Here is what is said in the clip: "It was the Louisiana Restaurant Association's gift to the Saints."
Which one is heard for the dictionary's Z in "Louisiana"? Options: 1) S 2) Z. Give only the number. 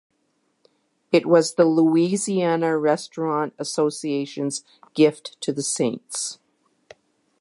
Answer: 2